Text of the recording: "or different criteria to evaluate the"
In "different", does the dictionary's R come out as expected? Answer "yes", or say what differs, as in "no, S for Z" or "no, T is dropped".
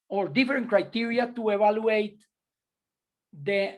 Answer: no, R is dropped